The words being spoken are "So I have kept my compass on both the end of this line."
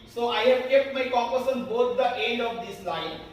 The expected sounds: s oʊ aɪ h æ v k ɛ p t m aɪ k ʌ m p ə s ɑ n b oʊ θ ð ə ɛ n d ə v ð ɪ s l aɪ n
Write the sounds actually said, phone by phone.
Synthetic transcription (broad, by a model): s oʊ aɪ h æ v k ɛ p t m aɪ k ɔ p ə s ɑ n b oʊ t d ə ɛ n d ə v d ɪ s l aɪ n